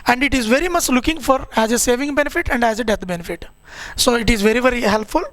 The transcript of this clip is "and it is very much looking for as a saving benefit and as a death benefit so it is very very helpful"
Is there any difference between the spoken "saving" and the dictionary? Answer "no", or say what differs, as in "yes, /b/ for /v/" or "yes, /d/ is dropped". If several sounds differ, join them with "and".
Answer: no